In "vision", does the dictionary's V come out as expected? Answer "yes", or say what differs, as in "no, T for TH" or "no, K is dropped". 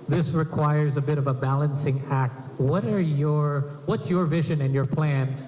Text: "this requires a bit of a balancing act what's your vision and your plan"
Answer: yes